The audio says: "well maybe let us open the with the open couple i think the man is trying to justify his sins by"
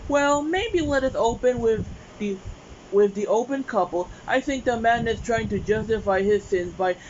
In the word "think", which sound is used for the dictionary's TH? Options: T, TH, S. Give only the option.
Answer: TH